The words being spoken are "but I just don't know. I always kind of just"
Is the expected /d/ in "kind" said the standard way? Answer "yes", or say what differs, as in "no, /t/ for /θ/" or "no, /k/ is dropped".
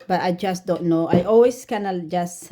no, /d/ is dropped